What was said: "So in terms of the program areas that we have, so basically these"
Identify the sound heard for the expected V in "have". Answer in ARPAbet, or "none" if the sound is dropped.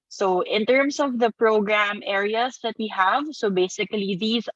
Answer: V